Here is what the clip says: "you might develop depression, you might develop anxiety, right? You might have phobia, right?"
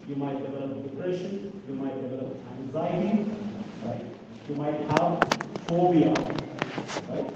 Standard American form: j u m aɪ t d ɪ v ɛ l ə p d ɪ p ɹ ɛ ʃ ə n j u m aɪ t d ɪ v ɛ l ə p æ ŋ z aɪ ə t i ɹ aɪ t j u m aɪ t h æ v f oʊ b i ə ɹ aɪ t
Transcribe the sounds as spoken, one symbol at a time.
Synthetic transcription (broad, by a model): j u m aɪ t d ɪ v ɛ l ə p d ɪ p ɹ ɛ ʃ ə n j u m aɪ t d ɪ v ɛ l ə p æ z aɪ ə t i ɹ aɪ t j u m aɪ t h æ v f oʊ b i ə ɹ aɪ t